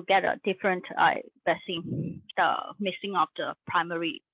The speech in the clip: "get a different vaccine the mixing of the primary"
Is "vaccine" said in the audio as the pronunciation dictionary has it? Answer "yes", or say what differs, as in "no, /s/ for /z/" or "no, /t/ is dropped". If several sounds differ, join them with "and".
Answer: no, /b/ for /v/ and /k/ is dropped